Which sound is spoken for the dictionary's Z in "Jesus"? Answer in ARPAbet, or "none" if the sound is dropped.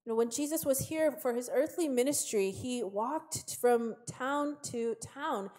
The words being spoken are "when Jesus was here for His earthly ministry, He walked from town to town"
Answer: Z